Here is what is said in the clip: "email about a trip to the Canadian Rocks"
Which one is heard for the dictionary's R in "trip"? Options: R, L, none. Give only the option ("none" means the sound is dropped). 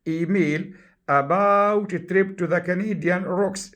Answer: R